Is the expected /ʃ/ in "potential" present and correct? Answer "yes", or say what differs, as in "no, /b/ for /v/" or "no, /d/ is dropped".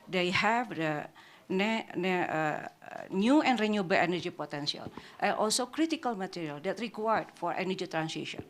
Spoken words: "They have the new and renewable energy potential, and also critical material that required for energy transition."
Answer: no, /s/ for /ʃ/